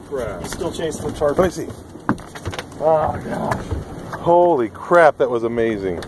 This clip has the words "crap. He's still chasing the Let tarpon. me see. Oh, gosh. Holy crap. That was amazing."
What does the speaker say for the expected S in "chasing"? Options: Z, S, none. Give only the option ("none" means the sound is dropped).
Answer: none